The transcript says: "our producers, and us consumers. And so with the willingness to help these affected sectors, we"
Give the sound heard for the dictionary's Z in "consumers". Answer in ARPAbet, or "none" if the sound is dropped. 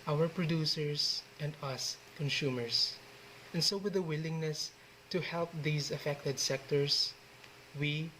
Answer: S